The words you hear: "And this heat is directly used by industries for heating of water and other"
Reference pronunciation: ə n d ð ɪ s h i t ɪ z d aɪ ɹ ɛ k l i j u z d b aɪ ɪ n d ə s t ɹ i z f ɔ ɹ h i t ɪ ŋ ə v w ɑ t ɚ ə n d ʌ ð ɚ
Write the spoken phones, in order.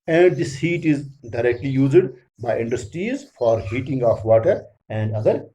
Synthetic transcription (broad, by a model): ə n d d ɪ s h i t ɪ z d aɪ ɹ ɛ k l i j u z d b aɪ ɪ n d ə s t ɹ i z f ɔ ɹ h i t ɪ ŋ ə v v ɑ t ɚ ə n d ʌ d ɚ